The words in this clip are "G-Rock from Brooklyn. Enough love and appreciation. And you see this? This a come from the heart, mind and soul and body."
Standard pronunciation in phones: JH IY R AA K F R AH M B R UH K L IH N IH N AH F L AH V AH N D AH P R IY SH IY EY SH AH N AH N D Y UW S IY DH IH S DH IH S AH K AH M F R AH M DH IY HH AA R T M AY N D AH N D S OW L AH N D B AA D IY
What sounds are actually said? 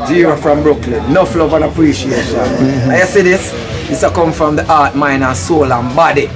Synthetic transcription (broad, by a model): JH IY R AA F R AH M B R UH K L IH N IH F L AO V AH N AH P R IY SH IY EY SH AH N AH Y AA S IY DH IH S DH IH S AH K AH M F R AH M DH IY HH AA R T M AY N AH S OW L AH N B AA D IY